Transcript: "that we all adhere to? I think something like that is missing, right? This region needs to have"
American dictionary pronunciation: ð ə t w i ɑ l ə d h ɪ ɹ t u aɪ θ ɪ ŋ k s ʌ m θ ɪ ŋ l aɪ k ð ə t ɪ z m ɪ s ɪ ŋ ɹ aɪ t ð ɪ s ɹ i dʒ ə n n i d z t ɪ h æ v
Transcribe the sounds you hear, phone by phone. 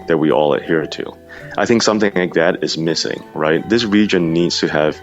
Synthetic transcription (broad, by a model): ð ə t w i ɑ l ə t h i ɹ t u aɪ θ ɪ ŋ k s ʌ m θ ɪ ŋ l aɪ k ð ə t ɪ z m ɪ s ɪ ŋ ɹ aɪ t ð ɪ s ɹ i dʒ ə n n i d z t ɪ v